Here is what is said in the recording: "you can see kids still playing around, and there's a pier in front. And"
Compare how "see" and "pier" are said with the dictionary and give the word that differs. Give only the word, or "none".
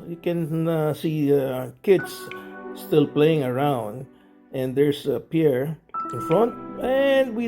none